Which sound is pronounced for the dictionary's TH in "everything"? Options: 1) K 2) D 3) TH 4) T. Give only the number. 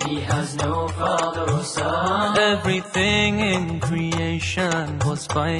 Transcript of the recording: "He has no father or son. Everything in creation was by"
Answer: 3